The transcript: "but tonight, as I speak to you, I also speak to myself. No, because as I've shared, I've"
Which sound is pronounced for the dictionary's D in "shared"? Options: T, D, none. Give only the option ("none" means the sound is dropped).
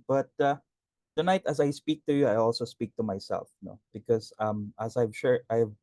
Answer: none